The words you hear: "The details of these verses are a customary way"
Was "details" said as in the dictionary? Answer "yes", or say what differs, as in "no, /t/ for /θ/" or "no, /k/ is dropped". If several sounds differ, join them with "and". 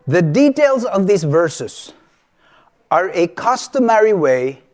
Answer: yes